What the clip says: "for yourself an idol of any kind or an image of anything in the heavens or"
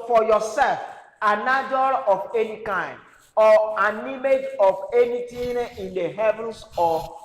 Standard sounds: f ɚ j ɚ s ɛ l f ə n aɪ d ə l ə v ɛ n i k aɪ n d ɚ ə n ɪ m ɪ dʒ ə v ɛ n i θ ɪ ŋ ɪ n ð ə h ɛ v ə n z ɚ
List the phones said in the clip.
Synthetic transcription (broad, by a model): f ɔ j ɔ s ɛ l f ə n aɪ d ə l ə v ɛ n i k aɪ n d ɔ ə n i m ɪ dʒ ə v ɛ n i t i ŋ ɪ n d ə h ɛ v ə n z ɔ